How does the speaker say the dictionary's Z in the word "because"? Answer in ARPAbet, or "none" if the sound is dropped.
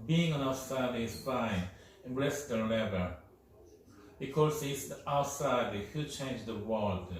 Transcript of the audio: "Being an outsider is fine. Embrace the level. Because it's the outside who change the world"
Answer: S